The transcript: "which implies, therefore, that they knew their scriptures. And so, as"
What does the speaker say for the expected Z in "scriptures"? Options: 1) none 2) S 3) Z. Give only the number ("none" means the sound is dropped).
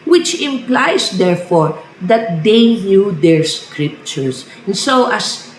2